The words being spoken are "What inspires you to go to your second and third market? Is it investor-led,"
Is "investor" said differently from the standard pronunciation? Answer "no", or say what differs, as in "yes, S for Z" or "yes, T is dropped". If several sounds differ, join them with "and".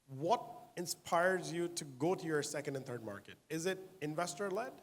no